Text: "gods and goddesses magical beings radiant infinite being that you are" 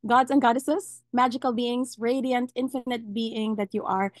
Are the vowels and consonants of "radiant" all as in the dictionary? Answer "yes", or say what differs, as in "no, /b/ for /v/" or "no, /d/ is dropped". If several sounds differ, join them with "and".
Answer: yes